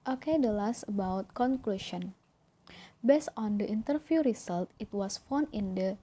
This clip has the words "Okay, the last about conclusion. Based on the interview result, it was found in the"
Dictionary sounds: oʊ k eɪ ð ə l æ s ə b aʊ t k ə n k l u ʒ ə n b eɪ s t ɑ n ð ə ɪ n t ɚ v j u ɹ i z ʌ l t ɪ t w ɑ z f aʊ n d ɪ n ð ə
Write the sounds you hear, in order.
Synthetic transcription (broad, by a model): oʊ k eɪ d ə l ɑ s ə b aʊ t k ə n k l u ʃ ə n b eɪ s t ɑ n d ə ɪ n t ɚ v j u ɹ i s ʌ l t ɪ t w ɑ s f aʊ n ɪ n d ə